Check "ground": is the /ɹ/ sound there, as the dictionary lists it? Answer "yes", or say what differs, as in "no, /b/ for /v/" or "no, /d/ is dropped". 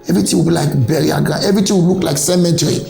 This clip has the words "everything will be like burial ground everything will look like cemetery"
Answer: no, /ɹ/ is dropped